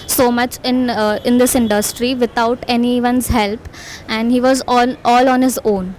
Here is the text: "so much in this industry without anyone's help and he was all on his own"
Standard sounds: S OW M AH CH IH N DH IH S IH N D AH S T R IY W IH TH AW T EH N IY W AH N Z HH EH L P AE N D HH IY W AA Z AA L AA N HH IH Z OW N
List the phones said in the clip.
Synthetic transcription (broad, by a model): S OW M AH CH IH N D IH S IH N D AH S T R IY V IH T AW T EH N IY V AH N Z HH EH L P AE N D HH IY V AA Z AA L AA N HH IH Z OW N